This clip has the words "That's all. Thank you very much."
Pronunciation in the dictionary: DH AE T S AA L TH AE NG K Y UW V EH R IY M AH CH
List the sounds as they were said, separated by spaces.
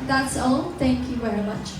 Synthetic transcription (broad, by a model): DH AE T S AA L T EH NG K Y UW V EH R IY M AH CH